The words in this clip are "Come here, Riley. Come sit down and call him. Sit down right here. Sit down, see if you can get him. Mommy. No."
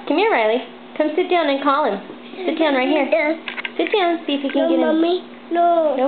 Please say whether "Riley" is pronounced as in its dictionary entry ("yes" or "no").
yes